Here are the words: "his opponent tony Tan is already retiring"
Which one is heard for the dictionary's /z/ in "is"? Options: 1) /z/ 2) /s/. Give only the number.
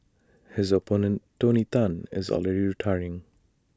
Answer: 1